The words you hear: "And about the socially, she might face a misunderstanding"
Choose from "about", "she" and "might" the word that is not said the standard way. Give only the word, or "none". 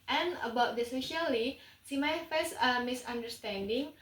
she